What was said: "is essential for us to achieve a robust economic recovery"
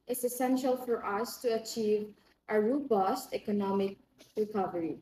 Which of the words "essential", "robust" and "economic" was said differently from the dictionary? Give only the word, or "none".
none